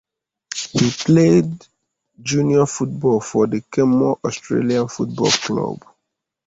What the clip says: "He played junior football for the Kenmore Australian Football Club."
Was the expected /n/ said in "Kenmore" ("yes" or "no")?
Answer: no